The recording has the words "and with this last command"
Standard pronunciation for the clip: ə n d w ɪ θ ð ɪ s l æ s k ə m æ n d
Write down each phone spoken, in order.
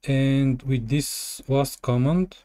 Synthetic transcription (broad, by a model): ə n d w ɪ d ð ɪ s w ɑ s k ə m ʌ n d